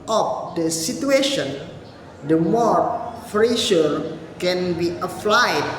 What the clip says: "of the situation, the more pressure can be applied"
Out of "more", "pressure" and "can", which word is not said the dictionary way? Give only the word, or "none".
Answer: pressure